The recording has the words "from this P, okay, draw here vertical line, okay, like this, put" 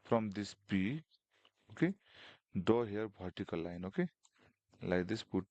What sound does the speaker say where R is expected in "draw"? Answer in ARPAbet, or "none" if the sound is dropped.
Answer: none